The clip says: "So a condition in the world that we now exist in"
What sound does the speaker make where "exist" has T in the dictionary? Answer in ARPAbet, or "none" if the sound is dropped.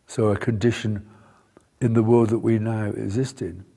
T